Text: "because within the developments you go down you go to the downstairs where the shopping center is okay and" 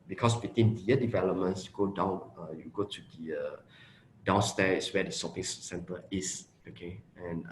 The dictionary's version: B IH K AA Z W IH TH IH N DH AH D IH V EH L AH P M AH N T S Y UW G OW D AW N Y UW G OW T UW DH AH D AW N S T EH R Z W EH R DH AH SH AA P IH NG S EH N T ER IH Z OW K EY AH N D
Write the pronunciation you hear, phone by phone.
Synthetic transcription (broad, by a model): B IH K AA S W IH T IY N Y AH D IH V EH L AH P M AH N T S Y UW G OW D AW N Y UW G OW T UW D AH D AW N S T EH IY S W EH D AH S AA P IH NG S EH N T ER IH S OW K EY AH N